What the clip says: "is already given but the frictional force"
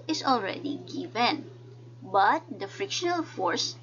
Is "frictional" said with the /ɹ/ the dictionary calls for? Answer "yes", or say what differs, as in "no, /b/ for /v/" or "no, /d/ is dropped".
yes